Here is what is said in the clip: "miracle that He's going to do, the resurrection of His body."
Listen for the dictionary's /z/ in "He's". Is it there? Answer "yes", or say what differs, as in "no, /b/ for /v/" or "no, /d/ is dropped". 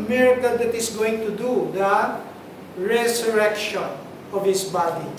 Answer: no, /s/ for /z/